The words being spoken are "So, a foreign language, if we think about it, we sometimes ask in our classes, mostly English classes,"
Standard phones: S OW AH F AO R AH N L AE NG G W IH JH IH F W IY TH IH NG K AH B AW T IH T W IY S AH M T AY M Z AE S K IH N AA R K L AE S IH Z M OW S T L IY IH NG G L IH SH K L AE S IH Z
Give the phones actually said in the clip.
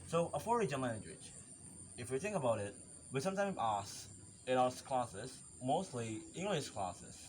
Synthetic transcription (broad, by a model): S OW AH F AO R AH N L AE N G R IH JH IH F W IY TH IH NG K AH B AW T IH T W IY S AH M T AY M AE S IH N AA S K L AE S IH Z M OW S T L IY IH NG G L IH SH K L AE S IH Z